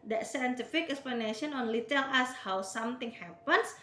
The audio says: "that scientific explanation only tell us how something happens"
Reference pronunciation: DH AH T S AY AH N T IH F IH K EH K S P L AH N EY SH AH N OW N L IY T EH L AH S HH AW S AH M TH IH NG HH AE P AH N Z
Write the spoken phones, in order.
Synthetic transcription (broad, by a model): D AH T S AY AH N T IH F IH K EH K S P L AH N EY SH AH N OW N L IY T EH L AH S HH AW S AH M T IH NG HH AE P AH N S